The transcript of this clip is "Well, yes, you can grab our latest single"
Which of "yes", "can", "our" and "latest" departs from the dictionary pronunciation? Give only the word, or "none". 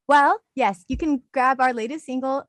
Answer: none